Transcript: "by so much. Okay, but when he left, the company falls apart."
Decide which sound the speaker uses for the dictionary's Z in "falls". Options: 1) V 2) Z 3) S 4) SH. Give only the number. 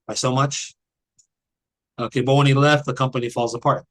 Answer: 2